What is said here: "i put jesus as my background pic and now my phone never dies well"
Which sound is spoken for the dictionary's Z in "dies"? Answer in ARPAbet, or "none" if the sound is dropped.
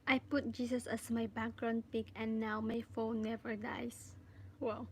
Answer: S